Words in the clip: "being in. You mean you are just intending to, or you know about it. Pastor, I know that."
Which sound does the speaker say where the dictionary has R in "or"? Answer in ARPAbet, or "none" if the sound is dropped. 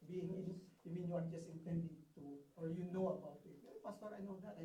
L